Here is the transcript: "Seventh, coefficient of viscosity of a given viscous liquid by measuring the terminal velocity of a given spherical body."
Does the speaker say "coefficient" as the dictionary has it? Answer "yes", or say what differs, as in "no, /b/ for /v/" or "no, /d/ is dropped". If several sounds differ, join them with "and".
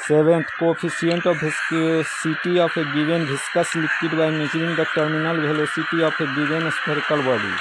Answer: no, /ʃ/ is dropped